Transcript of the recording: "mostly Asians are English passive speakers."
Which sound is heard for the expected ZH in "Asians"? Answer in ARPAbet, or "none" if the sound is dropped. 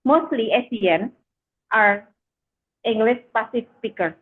S